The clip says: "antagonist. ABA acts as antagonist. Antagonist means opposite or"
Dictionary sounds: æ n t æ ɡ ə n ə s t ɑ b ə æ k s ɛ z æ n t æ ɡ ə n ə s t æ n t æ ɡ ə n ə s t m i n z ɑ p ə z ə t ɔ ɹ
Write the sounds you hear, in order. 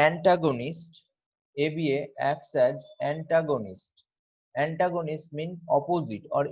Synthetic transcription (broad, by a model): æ n t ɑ ɡ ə n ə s t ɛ b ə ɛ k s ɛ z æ n t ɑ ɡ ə n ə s t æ n t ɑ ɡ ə n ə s t m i n ɑ p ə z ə t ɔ ɹ